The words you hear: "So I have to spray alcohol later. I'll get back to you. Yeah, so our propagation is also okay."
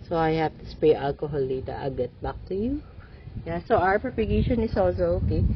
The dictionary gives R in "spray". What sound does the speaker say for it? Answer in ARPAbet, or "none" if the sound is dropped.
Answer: none